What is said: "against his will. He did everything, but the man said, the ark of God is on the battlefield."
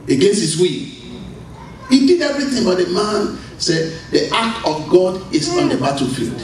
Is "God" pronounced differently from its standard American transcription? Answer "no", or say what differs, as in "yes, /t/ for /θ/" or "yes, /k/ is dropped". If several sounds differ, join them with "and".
no